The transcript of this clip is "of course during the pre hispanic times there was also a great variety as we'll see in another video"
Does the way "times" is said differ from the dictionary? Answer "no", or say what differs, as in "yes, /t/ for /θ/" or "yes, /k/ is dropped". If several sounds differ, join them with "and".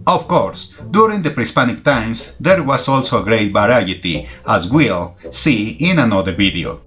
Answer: yes, /s/ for /z/